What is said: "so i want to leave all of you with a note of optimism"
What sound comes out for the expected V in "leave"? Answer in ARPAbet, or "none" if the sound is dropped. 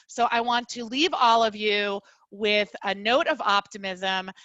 V